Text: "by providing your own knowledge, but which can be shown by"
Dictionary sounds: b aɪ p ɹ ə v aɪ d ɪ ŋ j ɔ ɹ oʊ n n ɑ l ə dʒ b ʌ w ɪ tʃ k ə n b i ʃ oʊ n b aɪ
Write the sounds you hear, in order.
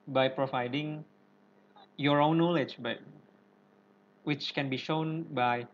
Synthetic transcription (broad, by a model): b aɪ p ɹ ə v aɪ d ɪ ŋ j ɔ ɹ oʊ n n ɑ l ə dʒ b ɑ w ɪ tʃ k ə n b i ʃ oʊ n b aɪ